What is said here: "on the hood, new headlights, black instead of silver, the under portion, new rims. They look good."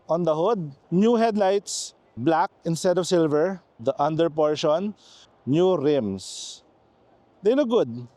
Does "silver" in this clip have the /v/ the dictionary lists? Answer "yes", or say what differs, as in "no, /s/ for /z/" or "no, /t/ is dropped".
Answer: yes